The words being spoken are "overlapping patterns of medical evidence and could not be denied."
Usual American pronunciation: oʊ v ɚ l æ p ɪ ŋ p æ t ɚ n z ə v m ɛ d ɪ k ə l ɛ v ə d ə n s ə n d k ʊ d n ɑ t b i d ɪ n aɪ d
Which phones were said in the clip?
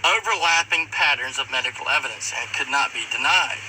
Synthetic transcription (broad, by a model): oʊ v ɚ l æ p ɪ ŋ p æ t ɚ n z ə v m ɛ d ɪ k l ɛ v ə d ə n s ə k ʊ d n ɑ t b i d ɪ n aɪ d